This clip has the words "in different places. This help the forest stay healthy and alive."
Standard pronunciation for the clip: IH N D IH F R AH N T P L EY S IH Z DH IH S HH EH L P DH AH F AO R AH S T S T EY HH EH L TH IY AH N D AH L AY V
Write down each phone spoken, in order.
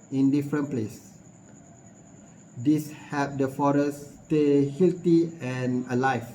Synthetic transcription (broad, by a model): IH N D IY F R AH N P L EY S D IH S HH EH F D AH F AO R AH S S T EY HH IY L T IY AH N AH L AY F